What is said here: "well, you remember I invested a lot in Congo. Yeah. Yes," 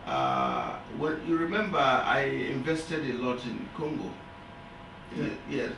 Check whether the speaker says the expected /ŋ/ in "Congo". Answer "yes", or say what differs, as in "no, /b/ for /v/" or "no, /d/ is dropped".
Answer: yes